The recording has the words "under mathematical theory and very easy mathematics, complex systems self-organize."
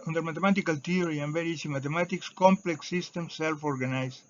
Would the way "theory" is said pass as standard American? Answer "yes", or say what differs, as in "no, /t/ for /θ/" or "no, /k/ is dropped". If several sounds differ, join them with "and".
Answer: no, /t/ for /θ/